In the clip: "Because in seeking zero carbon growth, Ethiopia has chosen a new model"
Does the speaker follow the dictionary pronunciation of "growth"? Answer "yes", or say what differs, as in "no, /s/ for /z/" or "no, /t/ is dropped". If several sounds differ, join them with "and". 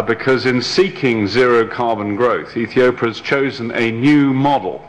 yes